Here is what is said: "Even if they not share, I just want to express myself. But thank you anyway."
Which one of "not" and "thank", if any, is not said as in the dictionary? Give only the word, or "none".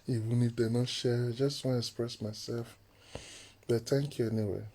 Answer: thank